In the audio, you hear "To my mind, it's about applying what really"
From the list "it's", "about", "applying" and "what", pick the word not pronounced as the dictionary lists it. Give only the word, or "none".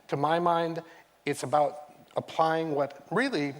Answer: none